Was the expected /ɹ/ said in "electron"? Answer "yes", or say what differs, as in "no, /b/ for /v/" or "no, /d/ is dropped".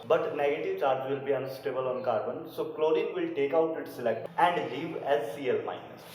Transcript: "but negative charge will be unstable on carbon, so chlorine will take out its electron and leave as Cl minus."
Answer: no, /ɹ/ is dropped